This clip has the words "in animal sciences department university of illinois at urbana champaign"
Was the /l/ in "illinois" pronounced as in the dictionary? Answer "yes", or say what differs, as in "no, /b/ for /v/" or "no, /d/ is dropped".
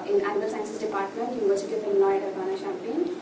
no, /n/ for /l/